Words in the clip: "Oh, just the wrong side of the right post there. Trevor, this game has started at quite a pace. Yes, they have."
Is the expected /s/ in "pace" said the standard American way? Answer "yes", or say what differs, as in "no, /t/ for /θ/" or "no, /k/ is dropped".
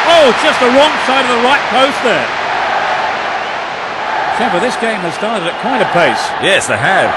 yes